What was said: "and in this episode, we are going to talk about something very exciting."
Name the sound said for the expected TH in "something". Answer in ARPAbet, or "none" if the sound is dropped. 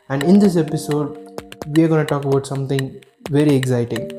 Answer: T